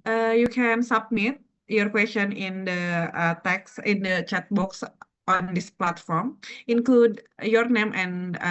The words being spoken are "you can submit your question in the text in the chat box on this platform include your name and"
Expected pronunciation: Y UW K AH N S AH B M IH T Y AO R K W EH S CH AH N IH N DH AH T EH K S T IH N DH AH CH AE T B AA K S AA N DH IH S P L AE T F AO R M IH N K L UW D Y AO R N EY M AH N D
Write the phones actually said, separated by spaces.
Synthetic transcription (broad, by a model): Y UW K AH N S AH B M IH T Y AO R K W EH S CH AH N IH N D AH T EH K S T IH N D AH CH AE T B AA K S AA N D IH S P L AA T F AO R M IH N K L UW D Y AO R N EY M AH N